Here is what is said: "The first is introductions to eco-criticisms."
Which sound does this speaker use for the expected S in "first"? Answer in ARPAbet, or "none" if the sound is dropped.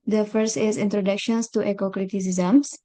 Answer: S